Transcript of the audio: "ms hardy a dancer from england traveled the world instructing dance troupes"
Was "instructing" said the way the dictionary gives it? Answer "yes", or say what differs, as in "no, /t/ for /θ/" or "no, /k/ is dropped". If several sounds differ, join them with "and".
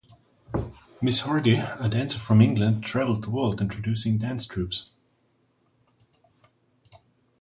no, /s/ is dropped